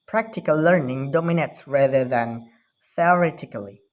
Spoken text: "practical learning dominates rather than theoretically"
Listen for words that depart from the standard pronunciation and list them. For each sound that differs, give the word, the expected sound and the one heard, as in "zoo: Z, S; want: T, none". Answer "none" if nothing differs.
none